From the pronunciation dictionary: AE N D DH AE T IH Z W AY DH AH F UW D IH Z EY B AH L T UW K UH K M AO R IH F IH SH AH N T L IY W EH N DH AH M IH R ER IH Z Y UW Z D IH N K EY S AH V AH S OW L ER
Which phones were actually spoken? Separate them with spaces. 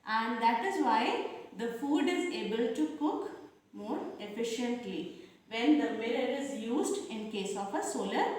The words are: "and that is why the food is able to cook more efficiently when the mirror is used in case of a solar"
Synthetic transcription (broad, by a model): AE N D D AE T IH Z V AY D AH F UW D IH Z EY B AH L T UW K UH K M AO R IH F IH SH AH N T L IY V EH N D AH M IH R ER IH Z Y UW Z D IH N K EY S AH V AH S OW L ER